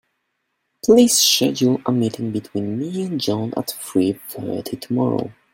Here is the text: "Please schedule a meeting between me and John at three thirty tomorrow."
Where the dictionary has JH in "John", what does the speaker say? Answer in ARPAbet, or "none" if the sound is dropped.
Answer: JH